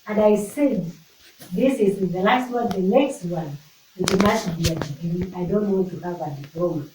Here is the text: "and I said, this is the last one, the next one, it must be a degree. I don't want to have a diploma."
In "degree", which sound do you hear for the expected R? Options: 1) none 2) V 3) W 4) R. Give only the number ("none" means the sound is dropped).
1